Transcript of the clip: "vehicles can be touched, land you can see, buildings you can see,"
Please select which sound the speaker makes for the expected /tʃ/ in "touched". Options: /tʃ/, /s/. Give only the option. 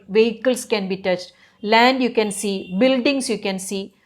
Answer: /tʃ/